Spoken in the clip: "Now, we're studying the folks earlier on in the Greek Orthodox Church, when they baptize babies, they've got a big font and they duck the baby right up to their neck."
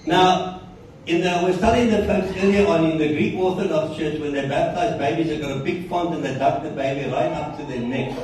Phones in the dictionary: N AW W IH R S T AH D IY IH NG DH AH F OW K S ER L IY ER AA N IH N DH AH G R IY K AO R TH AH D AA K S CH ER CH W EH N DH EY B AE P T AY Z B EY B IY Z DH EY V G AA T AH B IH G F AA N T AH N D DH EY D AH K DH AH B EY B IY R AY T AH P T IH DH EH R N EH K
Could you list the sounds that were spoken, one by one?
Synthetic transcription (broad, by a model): N AW W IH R S T AH D IY IH NG DH AH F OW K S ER L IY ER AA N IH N DH AH G R IY K AO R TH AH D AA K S CH ER CH W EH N DH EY B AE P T AY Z B EY B IY Z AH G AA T AH B IH G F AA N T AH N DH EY D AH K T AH B EY B IY R AY T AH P T IH DH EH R N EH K